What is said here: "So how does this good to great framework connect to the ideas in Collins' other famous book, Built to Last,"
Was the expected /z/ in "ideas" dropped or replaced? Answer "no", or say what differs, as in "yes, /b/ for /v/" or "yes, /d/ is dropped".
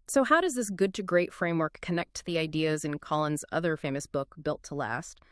no